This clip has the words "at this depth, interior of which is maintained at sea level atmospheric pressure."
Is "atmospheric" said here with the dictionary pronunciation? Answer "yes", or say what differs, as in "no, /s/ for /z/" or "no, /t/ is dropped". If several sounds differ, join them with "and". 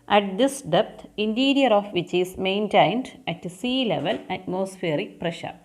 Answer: yes